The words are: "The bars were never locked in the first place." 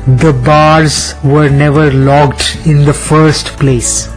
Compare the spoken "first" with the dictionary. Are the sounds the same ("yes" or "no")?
yes